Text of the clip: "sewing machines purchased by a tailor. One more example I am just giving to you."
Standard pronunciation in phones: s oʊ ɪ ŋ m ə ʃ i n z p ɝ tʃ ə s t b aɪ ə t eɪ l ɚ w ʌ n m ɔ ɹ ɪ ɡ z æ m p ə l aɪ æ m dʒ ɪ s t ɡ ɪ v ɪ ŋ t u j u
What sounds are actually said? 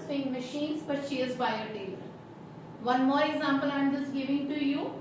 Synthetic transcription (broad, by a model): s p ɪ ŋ m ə ʃ i n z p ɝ ʃ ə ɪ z b aɪ ə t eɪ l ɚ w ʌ n m ɔ ɹ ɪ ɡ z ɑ m p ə l aɪ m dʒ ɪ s ɡ ɪ v ɪ ŋ t u j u